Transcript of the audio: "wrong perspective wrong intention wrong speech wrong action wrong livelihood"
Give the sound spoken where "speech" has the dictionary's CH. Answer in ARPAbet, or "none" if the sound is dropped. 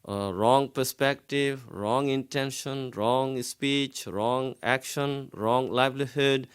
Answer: CH